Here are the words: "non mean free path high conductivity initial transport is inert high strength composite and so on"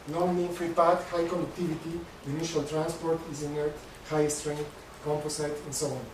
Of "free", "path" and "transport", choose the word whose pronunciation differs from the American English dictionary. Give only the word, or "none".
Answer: path